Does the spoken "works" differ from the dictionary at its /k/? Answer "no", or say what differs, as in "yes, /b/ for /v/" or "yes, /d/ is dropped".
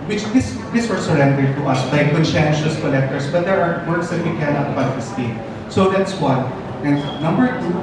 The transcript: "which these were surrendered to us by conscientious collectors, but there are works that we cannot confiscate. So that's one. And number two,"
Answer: yes, /k/ is dropped